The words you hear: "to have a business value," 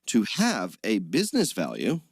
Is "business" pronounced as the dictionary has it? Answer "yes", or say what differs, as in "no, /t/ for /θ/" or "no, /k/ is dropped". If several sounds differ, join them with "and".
yes